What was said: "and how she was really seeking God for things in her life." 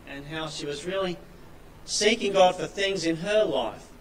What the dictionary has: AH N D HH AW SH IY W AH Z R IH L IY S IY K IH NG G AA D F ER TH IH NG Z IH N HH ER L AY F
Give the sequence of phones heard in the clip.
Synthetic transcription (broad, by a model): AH N HH AW SH IY W AH Z R IH L IY S IY K IH NG G AA D F ER TH IH NG Z IH N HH ER L AY F